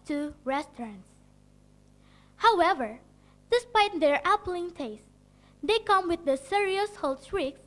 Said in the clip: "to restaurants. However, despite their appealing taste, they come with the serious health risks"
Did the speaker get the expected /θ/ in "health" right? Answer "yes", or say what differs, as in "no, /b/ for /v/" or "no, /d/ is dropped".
no, /s/ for /θ/